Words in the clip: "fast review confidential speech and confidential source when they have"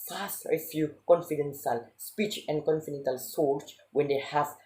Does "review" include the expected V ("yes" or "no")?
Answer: no